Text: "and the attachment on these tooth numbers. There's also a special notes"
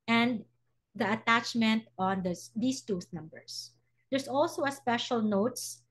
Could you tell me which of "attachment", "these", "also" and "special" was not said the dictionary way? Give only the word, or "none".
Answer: these